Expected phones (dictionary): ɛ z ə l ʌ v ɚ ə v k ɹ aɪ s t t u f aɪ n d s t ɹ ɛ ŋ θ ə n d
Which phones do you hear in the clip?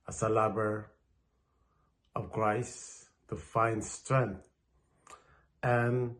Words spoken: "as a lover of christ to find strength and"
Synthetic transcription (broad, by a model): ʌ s ə l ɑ b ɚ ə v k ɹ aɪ s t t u f aɪ n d s t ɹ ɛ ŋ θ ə n